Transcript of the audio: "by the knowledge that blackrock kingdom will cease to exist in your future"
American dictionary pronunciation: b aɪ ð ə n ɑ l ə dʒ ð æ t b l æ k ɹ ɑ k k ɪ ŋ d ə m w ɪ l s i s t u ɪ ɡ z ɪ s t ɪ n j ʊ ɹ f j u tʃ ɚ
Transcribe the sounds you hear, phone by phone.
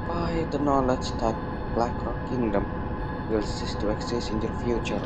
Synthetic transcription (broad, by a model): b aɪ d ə n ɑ l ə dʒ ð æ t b l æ k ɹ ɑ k k ɪ ŋ d ə m w ɪ l s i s t u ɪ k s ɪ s ɪ n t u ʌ f j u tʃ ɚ